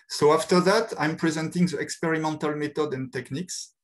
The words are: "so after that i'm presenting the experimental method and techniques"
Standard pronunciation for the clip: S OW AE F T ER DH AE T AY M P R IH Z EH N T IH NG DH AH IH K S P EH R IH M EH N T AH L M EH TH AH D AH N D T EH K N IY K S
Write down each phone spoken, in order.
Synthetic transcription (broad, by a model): S OW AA F T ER DH AE T AY M P R IH Z EH N T IH NG DH AH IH K S P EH R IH M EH N T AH L M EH T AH D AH N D T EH K N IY K S